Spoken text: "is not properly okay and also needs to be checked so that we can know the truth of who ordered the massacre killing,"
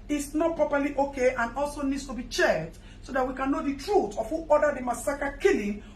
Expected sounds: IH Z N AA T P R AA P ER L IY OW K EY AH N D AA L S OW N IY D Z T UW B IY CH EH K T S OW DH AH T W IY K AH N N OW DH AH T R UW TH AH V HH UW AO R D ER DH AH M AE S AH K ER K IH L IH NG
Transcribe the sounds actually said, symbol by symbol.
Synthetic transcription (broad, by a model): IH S N AA T P R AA P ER L IY OW K EY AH N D AA L S OW N IY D S T UW B IY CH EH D S OW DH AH T W IY K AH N N OW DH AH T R UW T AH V HH UW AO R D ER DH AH M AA S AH K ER K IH L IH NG